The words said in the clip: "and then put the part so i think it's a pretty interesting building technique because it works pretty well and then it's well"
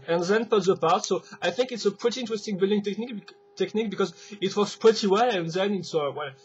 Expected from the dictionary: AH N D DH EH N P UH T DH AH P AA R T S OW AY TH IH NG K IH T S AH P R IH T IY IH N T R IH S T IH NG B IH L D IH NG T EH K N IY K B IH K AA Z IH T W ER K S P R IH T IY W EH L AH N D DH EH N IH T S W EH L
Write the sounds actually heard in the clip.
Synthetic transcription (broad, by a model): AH N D DH EH N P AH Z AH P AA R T S OW AY TH IH NG K IH T S AH P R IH T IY IH N T R IH S T IH NG B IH L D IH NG T EH K N IY K B IH K AA Z IH T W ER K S P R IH T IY W EH L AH N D DH EH N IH T S W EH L